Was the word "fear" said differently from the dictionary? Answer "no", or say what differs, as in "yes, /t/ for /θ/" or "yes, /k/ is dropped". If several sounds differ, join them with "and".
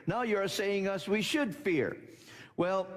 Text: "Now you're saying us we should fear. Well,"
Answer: no